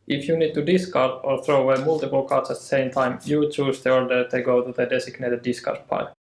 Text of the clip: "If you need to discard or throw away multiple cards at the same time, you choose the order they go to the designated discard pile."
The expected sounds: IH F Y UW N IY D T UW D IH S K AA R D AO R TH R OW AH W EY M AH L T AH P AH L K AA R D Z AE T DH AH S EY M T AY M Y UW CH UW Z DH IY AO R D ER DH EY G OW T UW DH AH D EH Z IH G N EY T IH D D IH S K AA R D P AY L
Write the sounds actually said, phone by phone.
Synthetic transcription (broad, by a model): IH F Y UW N IY D T UW D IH S K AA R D AO R TH R OW AH W EY M AH L T AH P AH L K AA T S AE T DH AH S EY M T AY M Y UW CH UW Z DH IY AO R D ER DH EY G OW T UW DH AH D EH S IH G N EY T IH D D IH S K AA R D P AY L